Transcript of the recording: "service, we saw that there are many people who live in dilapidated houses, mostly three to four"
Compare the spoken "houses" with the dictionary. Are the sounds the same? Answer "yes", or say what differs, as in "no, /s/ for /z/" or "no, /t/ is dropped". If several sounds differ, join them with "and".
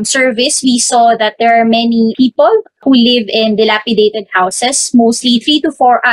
no, /s/ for /z/